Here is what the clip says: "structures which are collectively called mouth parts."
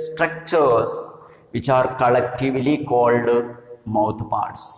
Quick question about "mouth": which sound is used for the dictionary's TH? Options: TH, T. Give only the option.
T